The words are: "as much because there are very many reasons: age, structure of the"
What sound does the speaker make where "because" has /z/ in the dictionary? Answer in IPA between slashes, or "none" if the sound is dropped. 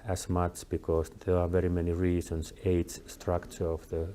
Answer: /s/